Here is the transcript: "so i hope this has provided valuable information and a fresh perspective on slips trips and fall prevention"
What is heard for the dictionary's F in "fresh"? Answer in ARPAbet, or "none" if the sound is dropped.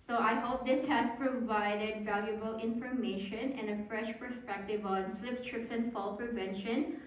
F